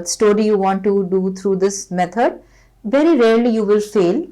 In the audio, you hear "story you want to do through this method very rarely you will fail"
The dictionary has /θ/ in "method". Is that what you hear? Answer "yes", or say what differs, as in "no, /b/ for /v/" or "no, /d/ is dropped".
no, /t/ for /θ/